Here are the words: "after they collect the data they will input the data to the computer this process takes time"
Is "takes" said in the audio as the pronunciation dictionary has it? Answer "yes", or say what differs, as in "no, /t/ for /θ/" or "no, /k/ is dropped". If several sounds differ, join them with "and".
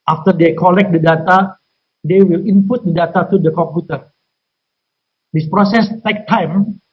no, /s/ is dropped